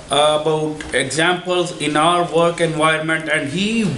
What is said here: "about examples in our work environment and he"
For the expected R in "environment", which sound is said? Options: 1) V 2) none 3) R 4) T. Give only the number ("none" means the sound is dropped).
2